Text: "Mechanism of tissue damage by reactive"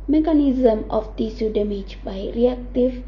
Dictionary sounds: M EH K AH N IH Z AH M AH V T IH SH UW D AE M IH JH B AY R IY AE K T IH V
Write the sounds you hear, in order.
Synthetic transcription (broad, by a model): M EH K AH N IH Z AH M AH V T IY S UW D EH M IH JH B AY R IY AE K T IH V